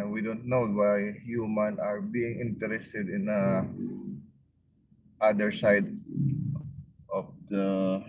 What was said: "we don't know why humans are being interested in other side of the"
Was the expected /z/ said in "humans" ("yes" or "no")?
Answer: no